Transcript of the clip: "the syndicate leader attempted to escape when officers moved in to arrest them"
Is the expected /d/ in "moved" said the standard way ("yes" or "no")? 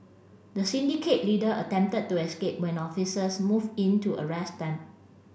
no